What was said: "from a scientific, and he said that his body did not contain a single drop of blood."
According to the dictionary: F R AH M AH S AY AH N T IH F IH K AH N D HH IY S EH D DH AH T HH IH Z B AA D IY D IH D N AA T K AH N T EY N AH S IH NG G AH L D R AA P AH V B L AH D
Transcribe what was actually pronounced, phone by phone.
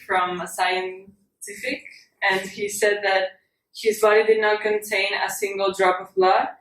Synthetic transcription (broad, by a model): F R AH M AH S AY AH N T IH F IH K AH N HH IY S EH D DH AH T HH IH Z B AA D IY D IH D N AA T K AH N T EY N AH S IH NG G AH L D R AA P AH V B L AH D